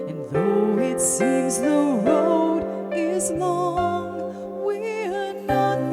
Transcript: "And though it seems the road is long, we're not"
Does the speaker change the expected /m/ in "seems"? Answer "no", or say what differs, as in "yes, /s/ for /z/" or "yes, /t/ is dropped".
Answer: yes, /m/ is dropped